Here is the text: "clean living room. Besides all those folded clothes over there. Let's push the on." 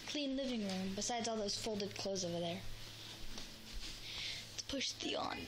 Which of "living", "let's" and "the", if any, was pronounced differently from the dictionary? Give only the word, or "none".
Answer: let's